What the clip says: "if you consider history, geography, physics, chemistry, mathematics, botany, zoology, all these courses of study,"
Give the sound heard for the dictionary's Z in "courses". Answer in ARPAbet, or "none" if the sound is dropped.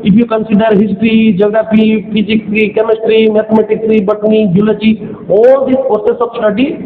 S